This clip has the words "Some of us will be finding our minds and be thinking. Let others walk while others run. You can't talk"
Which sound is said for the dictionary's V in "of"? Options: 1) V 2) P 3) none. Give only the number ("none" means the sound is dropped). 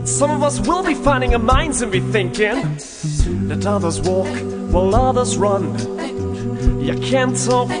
1